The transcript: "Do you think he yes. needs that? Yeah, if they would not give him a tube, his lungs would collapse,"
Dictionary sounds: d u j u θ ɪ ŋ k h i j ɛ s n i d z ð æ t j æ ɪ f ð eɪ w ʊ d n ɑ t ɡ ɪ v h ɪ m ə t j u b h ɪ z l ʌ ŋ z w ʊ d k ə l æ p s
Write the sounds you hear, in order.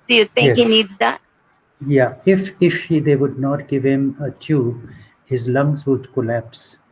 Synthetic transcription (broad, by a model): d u j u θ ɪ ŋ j h i n i d z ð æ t j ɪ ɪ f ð eɪ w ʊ d n ɑ t ɡ ɪ v h ɪ m ə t j u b h ɪ z l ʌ ŋ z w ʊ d k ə l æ p s